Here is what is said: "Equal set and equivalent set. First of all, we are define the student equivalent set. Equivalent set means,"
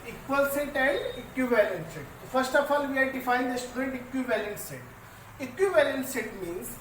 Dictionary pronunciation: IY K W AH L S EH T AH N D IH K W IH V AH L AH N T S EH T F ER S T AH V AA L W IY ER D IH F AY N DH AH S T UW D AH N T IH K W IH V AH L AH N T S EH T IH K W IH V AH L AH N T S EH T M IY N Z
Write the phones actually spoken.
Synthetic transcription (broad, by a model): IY K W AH L S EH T AH N D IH K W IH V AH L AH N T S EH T F ER S T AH F AA L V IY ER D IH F AY N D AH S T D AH T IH K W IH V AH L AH N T S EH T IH K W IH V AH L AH N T S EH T M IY N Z